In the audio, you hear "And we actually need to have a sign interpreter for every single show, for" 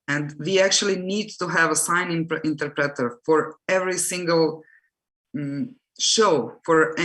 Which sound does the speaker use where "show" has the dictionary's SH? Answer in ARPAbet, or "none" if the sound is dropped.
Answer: SH